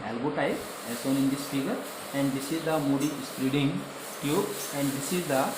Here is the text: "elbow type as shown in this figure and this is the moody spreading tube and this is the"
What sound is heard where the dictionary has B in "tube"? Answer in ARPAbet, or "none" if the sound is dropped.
none